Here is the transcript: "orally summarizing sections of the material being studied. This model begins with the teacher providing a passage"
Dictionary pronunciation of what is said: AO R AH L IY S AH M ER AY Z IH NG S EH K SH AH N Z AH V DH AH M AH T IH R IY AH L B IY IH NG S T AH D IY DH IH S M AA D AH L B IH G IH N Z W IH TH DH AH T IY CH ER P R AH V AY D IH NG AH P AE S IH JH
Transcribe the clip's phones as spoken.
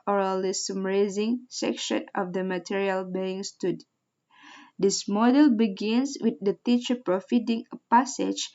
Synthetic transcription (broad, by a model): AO R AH L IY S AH M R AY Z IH NG S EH K SH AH N AH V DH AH M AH T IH R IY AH L B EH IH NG S T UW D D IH S M AA D AH L B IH G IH N S W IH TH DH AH T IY CH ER P R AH F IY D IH NG AH P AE S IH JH